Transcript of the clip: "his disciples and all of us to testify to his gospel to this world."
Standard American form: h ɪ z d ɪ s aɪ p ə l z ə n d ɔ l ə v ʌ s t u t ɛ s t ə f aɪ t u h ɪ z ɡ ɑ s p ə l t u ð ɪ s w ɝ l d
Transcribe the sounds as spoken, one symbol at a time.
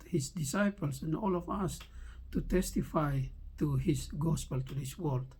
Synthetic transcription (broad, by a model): h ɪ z d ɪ s aɪ p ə l s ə n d ɔ l ə v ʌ s t u t ɛ s t ə f aɪ t u h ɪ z ɡ ɑ s p ə l t u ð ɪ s w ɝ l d